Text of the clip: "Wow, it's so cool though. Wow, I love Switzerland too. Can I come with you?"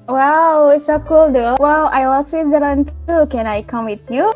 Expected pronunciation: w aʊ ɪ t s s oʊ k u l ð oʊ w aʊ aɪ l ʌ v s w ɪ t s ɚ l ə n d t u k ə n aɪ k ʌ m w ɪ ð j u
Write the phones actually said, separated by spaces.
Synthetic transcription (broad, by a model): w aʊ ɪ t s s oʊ k u l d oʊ w aʊ aɪ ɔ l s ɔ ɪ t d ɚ ə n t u k ə n aɪ k ʌ m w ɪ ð j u